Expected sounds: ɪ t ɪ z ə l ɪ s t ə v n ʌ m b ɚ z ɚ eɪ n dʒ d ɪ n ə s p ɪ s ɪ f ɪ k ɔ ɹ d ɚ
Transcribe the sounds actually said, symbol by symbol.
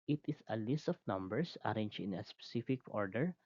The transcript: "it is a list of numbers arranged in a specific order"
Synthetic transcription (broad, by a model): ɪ t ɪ s ə l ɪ s t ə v n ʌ m b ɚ s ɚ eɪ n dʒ ɪ n ə s p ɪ s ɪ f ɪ k ɔ ɹ d ɚ